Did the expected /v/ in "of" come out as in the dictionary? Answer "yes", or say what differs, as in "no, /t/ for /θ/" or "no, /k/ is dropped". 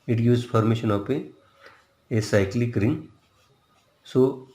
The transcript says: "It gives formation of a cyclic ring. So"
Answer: no, /p/ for /v/